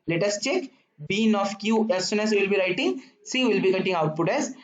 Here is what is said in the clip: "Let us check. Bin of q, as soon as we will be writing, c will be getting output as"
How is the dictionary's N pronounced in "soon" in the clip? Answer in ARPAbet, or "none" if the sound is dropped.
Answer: N